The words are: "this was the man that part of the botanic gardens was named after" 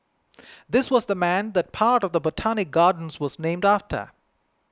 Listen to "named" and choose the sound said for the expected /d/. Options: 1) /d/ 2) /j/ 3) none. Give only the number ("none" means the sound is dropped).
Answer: 1